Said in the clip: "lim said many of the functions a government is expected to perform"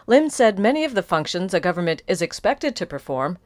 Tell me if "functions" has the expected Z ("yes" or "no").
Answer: yes